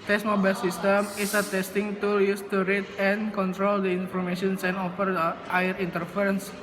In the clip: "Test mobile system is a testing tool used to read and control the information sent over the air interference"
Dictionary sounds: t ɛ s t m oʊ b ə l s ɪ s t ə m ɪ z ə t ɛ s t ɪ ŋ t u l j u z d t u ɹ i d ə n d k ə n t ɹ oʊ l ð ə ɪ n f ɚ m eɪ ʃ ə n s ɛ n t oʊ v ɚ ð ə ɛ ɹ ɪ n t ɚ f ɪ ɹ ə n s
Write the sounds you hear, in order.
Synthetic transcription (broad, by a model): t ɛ s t m oʊ b ə l s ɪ s t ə m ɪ s ə t ɛ s t ɪ ŋ t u j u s t u ɹ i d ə n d k ə n t ɹ oʊ l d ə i n f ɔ m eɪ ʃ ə n s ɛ n oʊ f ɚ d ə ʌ ɹ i n t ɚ f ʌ ɹ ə n s